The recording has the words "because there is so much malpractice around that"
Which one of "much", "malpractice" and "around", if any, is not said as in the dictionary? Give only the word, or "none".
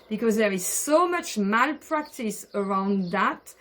none